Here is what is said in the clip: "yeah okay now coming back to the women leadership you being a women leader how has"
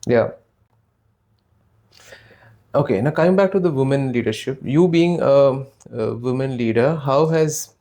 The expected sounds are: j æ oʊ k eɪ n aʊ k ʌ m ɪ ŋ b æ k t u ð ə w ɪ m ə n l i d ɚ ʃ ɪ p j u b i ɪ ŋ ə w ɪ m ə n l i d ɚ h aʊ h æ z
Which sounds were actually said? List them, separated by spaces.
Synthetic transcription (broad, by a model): j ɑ oʊ k eɪ n aʊ k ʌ ɪ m b æ k t u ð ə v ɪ m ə n l i d ɚ ʃ ɪ p j u b i ɪ ŋ ə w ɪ m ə n l i d ɚ h aʊ h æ z